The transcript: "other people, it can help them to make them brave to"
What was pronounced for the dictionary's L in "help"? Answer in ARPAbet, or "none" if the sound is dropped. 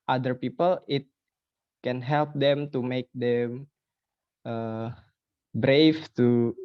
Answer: L